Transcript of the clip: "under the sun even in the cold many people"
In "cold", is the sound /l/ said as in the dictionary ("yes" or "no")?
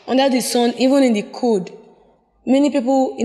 no